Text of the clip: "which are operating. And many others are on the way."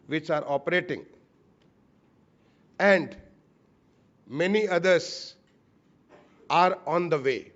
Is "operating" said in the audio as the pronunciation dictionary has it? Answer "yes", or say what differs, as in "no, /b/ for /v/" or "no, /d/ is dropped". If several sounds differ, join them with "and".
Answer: yes